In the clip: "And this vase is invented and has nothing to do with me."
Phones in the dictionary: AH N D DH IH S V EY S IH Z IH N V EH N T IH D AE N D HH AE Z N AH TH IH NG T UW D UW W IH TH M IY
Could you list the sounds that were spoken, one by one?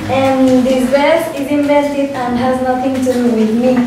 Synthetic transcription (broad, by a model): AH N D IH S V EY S IH Z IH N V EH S T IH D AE N D HH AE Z N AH T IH NG T UW D UW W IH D M IY